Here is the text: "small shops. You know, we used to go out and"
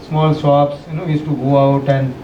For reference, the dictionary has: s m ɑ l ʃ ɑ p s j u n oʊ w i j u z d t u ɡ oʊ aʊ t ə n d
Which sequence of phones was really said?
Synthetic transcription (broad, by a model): s m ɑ l s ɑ p s j u n oʊ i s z t u ɡ oʊ aʊ t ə n d